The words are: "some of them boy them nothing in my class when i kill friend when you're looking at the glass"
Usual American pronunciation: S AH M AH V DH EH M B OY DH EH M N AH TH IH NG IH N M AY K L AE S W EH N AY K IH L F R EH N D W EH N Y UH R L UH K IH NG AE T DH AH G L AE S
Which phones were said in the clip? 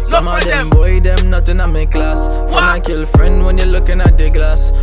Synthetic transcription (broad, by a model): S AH M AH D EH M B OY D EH M N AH T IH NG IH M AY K L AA S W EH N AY K IH L F R EH N D W EH N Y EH L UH K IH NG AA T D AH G L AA S